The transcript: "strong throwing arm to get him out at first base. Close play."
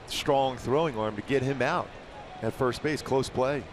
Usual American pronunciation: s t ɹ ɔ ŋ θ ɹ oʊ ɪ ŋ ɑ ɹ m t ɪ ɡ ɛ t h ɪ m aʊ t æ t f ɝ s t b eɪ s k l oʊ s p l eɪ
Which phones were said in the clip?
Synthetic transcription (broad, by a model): s t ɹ ɔ ŋ θ ɹ oʊ ɪ ŋ ɑ ɹ m t ɪ ɡ ɛ t h ɪ m aʊ t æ t f ɝ s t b eɪ s k l oʊ s p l eɪ